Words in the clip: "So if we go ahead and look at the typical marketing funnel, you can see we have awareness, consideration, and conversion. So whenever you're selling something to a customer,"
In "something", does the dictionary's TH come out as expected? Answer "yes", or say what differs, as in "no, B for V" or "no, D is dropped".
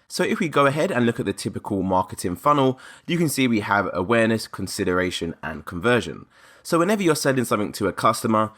yes